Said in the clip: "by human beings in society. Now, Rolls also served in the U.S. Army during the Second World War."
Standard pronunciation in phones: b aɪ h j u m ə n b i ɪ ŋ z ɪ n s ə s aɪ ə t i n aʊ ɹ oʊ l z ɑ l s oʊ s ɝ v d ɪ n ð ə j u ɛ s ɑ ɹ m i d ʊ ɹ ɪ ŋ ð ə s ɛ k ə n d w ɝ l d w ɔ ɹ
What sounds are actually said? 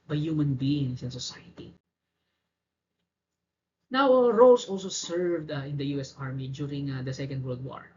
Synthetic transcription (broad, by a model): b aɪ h j u m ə n b i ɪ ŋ s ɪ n s ə s aɪ ə t i n aʊ ɹ oʊ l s ɑ l s oʊ s ɝ v d ɪ n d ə j u ɛ s ɑ ɹ m i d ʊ ɹ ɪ ŋ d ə s ɛ k ə n d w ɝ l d w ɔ ɹ